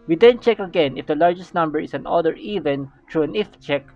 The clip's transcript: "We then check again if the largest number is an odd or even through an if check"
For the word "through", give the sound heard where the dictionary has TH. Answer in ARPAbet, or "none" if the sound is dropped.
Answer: T